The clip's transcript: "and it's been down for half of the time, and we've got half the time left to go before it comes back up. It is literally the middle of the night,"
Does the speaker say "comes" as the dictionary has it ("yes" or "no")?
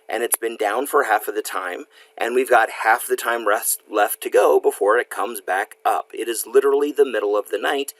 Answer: yes